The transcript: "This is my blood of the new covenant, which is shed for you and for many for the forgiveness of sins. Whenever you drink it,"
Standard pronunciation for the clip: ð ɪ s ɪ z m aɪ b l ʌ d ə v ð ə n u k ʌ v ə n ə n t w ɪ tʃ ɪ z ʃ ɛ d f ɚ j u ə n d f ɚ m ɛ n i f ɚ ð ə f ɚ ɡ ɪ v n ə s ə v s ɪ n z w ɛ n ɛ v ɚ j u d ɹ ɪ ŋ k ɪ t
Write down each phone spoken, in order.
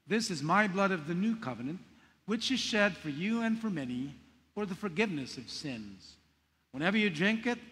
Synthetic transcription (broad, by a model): ð ɪ s ɪ z m aɪ b l ʌ d ə v ð ə n u k ʌ v ə n ə n t w ɪ tʃ ɪ z ʃ ɛ d f ɚ j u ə n f ɚ m ɛ n i f ɚ ð ə f ɚ ɡ ɪ v n ə s ə v s ɪ n z w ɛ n ɛ v ɚ j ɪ d ɹ ɪ ŋ k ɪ t